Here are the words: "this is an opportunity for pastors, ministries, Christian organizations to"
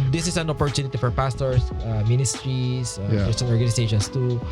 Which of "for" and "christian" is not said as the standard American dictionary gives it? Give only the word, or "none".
christian